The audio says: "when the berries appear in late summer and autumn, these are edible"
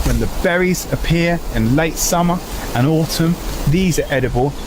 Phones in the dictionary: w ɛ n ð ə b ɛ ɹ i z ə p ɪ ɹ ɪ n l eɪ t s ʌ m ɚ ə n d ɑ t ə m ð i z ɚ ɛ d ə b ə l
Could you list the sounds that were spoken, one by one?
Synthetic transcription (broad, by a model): w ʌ n ð ə b ɛ ɹ i z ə p ɪ ɹ ɪ n l eɪ t s ʌ m ɚ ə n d ɑ t ə m ð i z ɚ ɛ d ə b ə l